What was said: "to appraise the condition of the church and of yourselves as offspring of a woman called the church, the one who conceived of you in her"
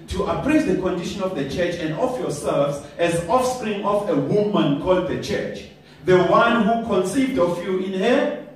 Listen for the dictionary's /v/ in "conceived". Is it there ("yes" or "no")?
yes